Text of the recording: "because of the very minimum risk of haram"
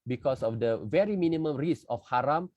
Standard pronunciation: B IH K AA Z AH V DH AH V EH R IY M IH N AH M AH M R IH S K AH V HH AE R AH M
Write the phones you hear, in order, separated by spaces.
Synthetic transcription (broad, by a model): B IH K AA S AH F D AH V EH R IY M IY N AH M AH M R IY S AH F HH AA R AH M